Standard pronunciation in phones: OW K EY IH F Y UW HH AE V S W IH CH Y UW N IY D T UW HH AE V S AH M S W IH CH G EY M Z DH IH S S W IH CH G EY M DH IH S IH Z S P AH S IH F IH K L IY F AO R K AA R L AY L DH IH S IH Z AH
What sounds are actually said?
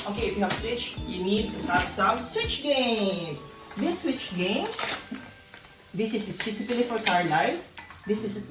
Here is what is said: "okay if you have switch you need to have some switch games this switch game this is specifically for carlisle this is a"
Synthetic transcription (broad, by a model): OW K EY IH F Y UW HH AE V S W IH CH Y UW N IY D T UW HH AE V S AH M S W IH CH G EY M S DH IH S S W IH CH G EY M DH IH S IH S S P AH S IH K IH L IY F AO R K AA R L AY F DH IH S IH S